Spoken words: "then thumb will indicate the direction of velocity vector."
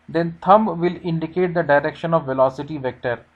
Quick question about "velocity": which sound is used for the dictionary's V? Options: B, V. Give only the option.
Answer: V